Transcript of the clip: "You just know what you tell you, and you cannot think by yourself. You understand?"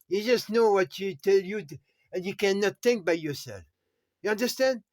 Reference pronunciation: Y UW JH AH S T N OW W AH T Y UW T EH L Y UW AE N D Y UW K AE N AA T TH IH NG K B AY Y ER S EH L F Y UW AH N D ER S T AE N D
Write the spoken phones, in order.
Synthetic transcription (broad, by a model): Y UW JH AH S T N OW W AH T Y UW T EH L Y UW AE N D Y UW K AE N AA T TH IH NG K B AY Y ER S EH L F Y UW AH N D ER S T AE N D